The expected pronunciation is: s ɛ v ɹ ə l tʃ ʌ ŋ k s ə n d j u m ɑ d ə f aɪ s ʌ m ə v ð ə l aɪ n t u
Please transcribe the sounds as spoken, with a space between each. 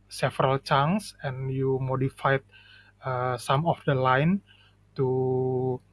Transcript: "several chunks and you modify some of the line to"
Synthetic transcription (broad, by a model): s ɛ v ɹ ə l tʃ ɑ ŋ s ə n j u m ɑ d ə f aɪ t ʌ m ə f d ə l aɪ n t u